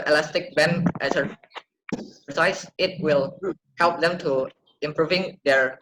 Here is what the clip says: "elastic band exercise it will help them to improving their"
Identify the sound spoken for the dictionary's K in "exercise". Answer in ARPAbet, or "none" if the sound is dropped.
none